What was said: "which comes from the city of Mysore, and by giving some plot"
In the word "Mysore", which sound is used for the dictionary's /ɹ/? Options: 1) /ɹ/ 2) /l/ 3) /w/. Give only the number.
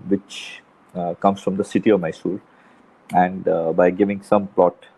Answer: 2